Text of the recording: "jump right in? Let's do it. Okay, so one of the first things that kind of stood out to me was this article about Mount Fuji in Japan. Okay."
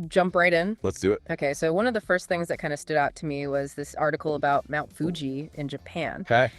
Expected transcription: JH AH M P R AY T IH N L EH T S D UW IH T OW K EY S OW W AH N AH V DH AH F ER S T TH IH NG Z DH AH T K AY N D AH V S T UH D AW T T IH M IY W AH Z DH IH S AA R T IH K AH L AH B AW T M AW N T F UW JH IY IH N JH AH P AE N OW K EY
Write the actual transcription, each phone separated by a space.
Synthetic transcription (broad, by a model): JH AH M P R AY T IH N L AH T S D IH IH T OW K EY S OW W AH N AH V DH AH F ER S T TH IH NG Z DH AH T K AY N D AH S T UH D AW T T IH M IY W AH Z DH IH S AA R T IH K L AH B AW T M AW N T F UW JH IY IH N JH AH P AE N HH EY